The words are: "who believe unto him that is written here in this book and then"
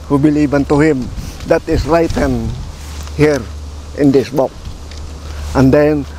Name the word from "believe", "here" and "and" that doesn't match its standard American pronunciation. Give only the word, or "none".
believe